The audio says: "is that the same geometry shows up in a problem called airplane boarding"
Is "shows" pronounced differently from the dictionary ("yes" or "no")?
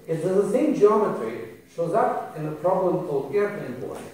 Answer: no